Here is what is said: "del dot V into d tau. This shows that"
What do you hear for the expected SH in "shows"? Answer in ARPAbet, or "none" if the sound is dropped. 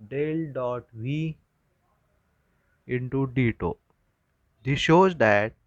SH